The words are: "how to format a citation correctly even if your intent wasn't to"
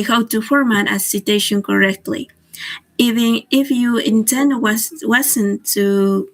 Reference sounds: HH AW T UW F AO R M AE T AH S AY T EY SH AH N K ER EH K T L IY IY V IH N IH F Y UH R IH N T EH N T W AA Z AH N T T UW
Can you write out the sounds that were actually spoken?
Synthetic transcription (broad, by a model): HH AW T UW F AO R M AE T AH S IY T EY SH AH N K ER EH K T L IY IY IH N IH F Y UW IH N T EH N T W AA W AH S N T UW